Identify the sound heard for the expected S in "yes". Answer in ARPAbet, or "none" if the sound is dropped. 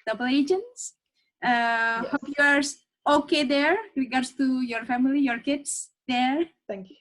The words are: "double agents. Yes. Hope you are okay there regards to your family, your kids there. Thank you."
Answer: none